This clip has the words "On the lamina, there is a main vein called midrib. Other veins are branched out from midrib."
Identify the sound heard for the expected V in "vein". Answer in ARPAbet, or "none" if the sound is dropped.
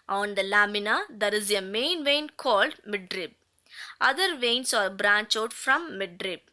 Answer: V